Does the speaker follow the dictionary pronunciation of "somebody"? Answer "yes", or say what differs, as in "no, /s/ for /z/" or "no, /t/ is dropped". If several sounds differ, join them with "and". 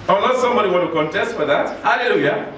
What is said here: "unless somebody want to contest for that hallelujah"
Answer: yes